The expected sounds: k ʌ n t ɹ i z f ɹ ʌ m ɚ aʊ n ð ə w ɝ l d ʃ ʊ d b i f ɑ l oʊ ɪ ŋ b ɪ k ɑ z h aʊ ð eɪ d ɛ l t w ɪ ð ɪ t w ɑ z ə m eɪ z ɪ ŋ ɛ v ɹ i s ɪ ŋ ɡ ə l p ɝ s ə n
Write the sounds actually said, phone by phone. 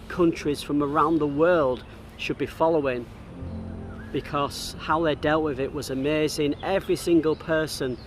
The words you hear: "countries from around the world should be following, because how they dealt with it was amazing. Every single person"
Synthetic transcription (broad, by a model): k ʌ n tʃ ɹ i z f ɹ ʌ m ɚ aʊ n ð ə w ɝ l d ʃ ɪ d b i f ɑ l oʊ ɪ ŋ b ɪ k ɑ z h aʊ ð eɪ d ɛ l t w ɪ ð ɪ t w ɑ z ə m eɪ z ɪ ŋ ɛ v ɹ i s ɪ ŋ ɡ ə l p ɝ s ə n